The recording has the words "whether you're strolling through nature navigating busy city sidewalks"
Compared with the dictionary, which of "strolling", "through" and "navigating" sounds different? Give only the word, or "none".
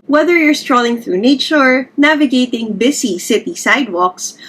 none